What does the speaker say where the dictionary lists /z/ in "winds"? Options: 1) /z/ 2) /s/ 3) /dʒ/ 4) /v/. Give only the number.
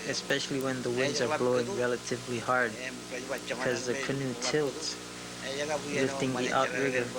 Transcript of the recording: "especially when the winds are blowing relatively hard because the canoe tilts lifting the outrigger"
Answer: 1